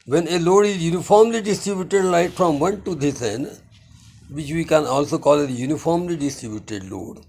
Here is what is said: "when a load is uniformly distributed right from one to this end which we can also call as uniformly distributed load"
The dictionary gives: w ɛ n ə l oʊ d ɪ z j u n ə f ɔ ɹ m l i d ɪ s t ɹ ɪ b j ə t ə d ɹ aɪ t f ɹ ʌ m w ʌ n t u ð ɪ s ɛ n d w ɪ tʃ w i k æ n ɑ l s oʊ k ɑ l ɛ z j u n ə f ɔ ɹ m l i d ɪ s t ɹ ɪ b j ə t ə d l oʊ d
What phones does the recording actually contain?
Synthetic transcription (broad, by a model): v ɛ n ə l oʊ d ɪ z j u n ə f ɔ ɹ m l i d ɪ s t ɹ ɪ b j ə t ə d l aɪ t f ɹ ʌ m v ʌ n t u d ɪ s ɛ n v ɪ tʃ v i k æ n ɑ l s oʊ k ɑ l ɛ j u n ə f ɔ ɹ m l i d ɪ s t ɹ ɪ b j ə t ə d l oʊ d